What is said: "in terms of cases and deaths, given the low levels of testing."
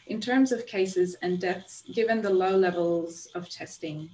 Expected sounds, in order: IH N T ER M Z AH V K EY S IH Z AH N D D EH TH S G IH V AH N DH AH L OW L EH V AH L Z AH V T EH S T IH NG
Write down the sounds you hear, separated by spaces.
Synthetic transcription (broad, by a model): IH N T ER M Z AH V K EY S IH Z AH N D D EH TH S G IH V AH N DH AH L OW L EH V AH L Z AH V T EH S T IH NG